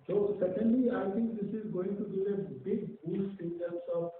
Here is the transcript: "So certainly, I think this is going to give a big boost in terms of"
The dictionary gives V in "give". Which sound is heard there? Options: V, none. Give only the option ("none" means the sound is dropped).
none